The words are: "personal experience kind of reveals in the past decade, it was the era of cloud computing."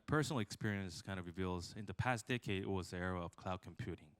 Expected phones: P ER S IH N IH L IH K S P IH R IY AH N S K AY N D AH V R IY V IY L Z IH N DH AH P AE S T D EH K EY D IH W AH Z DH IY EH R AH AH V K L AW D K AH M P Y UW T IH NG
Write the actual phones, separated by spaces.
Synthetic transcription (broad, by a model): P ER S N L IH K S P IH R IY AH N S K AY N AH V R IY V IY L Z IH N DH AH P AE S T D EH K EY D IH W AH Z DH IY EH R AH AH V K L AW D K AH M P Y UW T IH NG